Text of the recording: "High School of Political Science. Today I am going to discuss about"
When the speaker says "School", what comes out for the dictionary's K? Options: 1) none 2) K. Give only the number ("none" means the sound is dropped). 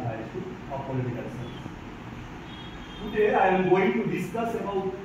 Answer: 1